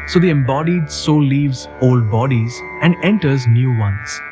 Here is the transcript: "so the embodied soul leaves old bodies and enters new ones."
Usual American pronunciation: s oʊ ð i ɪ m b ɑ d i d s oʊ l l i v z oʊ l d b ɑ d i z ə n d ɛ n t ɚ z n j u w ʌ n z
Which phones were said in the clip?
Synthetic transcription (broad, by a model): s oʊ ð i ɪ m b ɑ d i d s oʊ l l i v z oʊ l d b ɑ d i z ə n d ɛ n t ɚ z n j u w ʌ n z